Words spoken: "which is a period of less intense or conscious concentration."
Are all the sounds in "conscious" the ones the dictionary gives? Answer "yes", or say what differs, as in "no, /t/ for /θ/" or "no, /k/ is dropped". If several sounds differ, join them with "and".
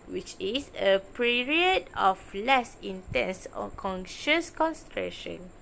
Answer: yes